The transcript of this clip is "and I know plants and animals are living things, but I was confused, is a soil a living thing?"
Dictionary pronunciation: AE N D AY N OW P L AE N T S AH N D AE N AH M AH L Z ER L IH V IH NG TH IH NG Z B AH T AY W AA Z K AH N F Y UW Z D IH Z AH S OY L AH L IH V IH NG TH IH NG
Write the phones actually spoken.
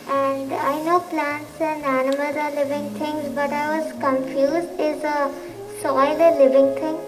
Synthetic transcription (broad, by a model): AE N D AY N OW P L AE N T S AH N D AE N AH M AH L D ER L IH V IH NG T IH NG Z B AH T AY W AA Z K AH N F Y UW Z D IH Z AH S OY L AH L IH V IH NG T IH NG